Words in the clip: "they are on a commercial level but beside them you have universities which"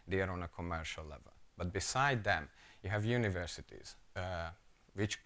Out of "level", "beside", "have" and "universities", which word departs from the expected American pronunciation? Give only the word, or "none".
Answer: none